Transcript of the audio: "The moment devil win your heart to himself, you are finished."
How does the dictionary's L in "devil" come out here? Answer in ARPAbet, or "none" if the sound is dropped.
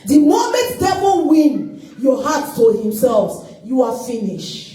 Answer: N